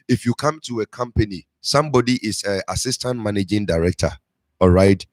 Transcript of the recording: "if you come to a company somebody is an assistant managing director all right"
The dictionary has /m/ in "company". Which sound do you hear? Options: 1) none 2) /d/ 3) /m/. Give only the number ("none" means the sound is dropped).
3